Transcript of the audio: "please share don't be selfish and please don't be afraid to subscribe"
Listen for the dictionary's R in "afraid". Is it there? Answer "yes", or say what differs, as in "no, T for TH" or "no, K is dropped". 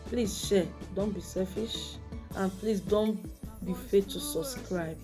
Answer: no, R is dropped